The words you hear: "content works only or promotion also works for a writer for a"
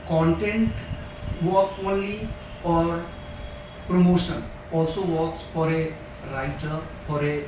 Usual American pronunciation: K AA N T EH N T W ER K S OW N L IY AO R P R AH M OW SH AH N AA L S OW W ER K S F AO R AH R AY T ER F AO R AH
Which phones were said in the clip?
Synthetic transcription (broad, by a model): K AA N T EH N T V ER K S OW N L IY AO R P R AH M OW SH AH N AA L S OW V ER K S F AO R AH R AY T ER F AO R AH